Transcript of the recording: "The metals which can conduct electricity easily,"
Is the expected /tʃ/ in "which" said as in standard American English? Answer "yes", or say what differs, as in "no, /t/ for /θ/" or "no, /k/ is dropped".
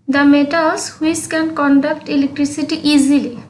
no, /s/ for /tʃ/